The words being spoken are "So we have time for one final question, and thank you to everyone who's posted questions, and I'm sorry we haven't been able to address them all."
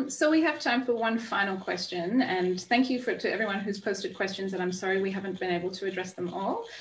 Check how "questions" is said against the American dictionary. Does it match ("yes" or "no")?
yes